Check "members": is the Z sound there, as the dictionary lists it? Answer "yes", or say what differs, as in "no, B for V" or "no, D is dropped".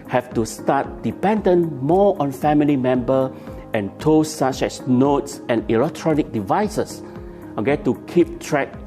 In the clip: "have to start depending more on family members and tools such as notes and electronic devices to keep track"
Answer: no, Z is dropped